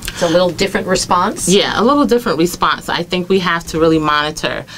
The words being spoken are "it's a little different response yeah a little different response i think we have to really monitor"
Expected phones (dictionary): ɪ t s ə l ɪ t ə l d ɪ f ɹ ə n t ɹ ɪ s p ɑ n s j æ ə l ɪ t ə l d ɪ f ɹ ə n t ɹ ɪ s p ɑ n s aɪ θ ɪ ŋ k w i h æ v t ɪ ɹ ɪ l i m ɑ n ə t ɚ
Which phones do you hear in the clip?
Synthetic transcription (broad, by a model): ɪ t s ə l ɪ t l d ɪ f ɹ ə n t ɹ ɪ s p ɑ n s j æ ə l ɪ t l d ɪ f ɹ ə n t ɹ ɪ s p ɑ n s aɪ θ ɪ ŋ k w i h æ f t ɪ ɹ ɪ l i m ɑ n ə t ɚ